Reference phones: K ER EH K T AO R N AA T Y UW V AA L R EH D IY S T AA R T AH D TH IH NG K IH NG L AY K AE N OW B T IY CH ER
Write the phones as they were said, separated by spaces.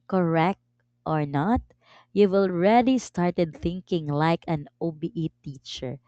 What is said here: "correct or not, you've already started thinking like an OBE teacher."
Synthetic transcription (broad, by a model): K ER EH K T AO R N AA T Y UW W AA L R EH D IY S T AA R T AH D TH IH NG K IH NG L AY K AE N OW B T IY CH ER